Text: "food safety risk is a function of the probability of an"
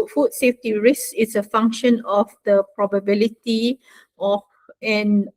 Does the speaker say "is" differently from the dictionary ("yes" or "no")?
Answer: yes